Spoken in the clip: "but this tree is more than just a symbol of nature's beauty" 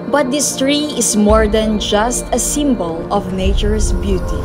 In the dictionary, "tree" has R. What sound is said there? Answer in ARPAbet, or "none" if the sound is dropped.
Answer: R